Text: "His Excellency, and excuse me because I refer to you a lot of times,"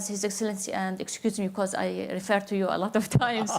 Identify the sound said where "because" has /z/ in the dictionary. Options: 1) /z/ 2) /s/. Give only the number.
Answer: 1